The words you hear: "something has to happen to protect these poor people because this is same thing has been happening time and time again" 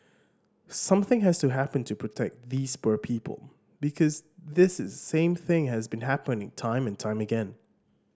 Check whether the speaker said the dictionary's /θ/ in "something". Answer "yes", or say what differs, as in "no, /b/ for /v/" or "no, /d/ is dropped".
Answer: yes